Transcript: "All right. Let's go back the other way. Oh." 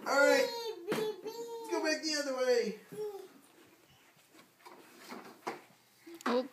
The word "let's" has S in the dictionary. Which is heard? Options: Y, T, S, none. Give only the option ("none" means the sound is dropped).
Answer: none